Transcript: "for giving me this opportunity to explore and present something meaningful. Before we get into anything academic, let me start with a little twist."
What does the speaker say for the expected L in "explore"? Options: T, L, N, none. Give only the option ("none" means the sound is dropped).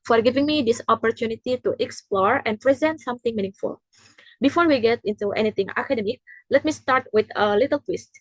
L